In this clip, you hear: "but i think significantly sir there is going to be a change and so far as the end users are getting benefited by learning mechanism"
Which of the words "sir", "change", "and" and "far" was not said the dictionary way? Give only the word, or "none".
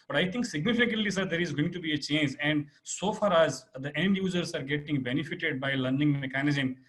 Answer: none